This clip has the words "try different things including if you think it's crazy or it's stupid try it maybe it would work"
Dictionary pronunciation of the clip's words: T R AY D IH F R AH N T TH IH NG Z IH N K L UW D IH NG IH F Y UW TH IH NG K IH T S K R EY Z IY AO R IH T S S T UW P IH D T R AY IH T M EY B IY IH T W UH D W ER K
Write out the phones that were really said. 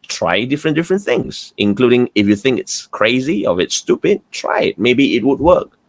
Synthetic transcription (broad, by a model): T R AY D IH F R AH N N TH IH NG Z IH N K L UW D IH NG IH F Y UW TH IH NG K IH T S K R EY Z IY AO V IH T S S T UW P IH D T R AY IH T M EY B IY IH T W UH D W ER K